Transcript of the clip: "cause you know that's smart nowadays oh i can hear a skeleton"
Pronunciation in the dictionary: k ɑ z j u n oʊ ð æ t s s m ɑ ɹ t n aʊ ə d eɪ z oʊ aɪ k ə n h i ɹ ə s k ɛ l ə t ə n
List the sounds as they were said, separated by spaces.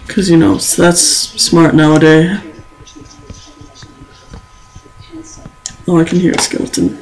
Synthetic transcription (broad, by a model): k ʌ z j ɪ n oʊ ð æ t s s m ɑ ɹ t n aʊ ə d eɪ oʊ aɪ k n h i ɹ ə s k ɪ l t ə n